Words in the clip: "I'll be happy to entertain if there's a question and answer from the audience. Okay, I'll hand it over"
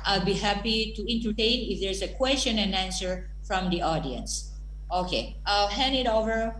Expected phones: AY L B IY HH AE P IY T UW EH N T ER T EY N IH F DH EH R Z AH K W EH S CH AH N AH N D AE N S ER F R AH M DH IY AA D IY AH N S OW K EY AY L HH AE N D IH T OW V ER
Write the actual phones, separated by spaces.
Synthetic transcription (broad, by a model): AY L B IY HH AE P IY T UW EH N T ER T EY N IH F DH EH R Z AH K W EH S CH AH N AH N AE N S ER F R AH M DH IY AA D IY AH N S OW K EY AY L HH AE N IH T OW V ER